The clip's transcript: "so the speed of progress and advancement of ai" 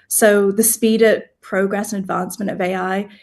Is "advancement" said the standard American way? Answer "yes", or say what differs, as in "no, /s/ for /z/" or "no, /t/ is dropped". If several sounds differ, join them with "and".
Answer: yes